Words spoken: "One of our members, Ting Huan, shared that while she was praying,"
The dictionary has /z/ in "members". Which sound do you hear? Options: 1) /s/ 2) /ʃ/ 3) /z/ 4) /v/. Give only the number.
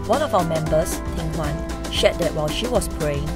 1